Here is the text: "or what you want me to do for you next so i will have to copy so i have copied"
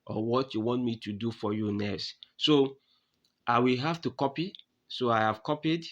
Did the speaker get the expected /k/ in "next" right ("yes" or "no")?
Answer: no